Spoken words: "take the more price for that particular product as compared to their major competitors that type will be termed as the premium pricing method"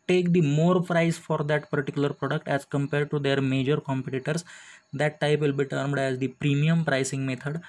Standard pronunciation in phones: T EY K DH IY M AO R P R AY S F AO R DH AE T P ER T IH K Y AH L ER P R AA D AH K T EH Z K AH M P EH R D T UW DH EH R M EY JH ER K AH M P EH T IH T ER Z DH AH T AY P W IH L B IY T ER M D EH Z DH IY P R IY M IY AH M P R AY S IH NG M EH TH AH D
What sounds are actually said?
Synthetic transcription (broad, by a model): T EY K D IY M AO R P R AY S F AO R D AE T P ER T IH K Y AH L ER P R AA D AH K T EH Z K AH M P EH R D T UW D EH R M EY JH ER K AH M P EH T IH T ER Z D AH T AY P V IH L B IY T ER M D EH Z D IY P R IY M IY AH M P R AY S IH NG M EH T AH D